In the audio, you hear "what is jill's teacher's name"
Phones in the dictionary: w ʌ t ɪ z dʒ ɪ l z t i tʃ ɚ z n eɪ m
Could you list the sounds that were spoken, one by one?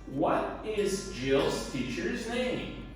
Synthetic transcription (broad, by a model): w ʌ t ɪ z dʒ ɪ l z t i tʃ ɚ z n eɪ m